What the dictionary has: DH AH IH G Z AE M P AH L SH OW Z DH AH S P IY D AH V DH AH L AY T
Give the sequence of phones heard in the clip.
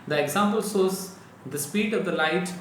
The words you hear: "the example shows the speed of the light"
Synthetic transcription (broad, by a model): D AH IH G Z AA M P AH L S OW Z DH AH S P IY D AH V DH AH L AY T